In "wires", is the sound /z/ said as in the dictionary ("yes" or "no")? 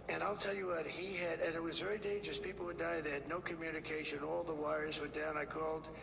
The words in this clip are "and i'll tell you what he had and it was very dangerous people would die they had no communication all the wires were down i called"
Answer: yes